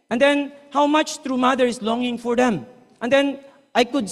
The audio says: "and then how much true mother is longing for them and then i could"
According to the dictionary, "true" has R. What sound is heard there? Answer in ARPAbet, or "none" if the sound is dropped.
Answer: R